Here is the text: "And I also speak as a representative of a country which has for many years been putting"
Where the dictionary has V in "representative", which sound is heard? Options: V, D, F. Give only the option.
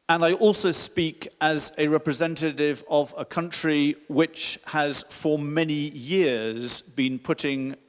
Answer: V